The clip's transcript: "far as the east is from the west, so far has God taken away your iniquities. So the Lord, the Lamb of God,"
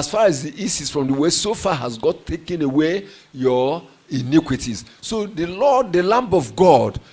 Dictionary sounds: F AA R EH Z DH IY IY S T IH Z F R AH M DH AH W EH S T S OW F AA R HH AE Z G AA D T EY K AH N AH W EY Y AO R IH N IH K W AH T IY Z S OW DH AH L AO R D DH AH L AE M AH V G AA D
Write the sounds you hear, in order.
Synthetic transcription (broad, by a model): F AA R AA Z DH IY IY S IH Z F R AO M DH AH W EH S S OW F AA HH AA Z G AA T EY K AH N AH W EY Y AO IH N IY K W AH T IY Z S OW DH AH L AO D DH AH L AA M AH V G AA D